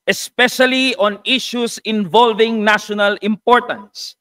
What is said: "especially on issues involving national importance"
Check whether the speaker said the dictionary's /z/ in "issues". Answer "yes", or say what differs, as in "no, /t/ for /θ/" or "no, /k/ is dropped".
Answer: no, /s/ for /z/